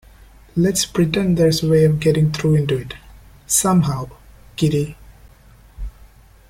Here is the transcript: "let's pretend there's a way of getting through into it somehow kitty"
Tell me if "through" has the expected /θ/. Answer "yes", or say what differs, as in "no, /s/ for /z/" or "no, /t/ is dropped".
no, /t/ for /θ/